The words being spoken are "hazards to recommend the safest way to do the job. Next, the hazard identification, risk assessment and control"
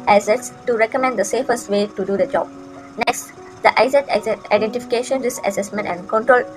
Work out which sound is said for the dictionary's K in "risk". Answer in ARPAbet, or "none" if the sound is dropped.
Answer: none